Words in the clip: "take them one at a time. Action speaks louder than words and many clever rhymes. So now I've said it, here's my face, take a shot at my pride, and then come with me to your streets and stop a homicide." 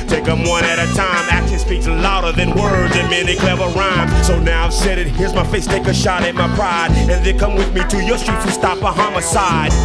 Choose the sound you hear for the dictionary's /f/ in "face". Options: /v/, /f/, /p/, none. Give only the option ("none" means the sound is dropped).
/f/